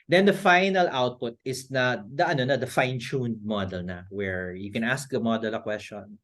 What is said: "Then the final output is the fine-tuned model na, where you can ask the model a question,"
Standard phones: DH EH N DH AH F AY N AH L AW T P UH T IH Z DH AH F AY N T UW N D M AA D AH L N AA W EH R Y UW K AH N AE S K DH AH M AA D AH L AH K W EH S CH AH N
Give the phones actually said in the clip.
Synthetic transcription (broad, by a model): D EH N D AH F AY N AH L AW T P UH T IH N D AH F AY N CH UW N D M AA D AH L N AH W EH R Y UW K AH N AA S K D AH M AA D AH L AH K W EH S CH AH N